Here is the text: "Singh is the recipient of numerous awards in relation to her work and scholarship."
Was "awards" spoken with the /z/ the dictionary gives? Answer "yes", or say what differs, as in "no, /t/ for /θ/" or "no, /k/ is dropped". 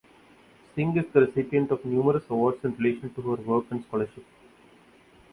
no, /s/ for /z/